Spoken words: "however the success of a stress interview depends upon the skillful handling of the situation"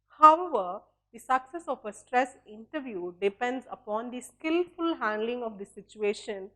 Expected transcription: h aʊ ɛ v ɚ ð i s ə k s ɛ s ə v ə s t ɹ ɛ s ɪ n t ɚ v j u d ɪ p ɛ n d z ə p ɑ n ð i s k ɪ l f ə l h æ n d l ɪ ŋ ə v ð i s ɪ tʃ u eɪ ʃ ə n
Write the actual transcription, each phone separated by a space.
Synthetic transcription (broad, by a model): h aʊ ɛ v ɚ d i s ə k s ɛ s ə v ə s t ɹ ɛ s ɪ n t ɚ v j u d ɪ p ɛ n d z ə p ɑ n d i s k ɪ l f ə l h æ n d l ɪ ŋ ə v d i s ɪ tʃ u eɪ ʃ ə n